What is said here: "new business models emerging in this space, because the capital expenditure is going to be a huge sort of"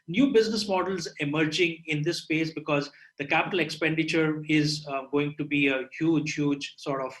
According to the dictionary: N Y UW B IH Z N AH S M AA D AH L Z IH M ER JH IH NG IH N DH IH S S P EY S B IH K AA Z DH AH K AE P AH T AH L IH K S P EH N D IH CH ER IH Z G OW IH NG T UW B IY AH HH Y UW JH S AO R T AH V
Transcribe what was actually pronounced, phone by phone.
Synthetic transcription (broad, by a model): N Y UW B IH Z N AH S M AA D AH L Z IH M ER JH IH NG IH N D IH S S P EY S B IH K AA Z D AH K AE P AH T AH L IH K S P EH N D IH CH ER IH Z G OW IH NG T UW B IY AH HH Y UW JH S AO R T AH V